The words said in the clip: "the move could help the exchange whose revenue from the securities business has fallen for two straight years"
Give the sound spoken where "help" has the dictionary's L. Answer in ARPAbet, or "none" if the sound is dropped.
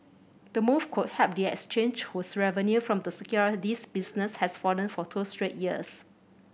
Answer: none